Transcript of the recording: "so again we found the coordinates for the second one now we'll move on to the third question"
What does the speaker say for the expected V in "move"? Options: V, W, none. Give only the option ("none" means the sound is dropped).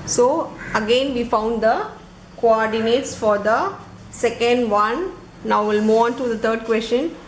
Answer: none